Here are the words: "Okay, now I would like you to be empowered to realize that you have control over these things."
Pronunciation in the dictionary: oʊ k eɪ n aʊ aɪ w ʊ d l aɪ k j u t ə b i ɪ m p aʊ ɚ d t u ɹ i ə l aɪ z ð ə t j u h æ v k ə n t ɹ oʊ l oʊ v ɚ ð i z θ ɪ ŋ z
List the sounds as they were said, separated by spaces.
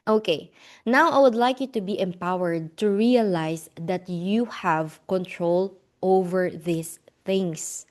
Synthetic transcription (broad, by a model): oʊ k eɪ n aʊ aɪ w ʊ d l aɪ k j u t ə b i ɪ m p aʊ ɚ d t u ɹ i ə l aɪ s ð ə t j u h æ v k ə n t ɹ oʊ l oʊ v ɚ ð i s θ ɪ ŋ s